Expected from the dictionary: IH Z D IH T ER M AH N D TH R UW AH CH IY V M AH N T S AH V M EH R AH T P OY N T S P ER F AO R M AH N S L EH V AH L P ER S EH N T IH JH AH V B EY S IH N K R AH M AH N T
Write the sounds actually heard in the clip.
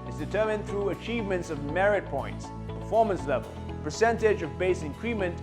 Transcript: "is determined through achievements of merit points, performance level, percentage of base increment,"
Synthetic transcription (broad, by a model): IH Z D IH T ER M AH N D TH R UW AH CH IY V M AH N T S AH V M EH R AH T P OY N T S P ER F AO R M AH N S L EH V AH L P ER S EH N T IH JH AH V B EY S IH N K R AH M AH N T